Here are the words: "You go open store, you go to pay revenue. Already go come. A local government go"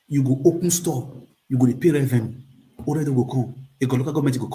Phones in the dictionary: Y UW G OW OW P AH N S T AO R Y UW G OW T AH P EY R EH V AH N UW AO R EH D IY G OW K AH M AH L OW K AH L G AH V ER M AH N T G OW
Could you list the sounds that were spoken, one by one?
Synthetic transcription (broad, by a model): Y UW G OW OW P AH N S T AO Y UW G OW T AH P EY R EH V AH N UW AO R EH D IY G OW K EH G AH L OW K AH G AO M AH T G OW